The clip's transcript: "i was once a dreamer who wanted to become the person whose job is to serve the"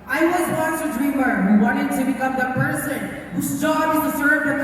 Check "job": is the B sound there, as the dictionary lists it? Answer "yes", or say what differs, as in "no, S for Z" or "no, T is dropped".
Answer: no, B is dropped